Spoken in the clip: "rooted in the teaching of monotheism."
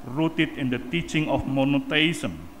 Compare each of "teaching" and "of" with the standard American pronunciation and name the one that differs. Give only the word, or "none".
of